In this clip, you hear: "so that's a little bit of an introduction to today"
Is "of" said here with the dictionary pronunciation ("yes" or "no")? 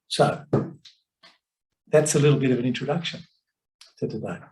yes